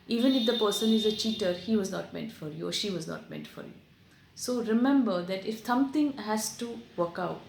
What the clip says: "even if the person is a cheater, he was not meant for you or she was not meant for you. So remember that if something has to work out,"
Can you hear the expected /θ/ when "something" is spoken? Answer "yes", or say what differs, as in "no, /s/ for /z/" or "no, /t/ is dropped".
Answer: no, /t/ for /θ/